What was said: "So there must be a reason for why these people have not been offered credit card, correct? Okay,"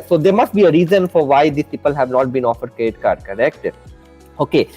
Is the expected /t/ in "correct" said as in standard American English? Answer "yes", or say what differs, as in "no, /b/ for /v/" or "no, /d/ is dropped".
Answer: yes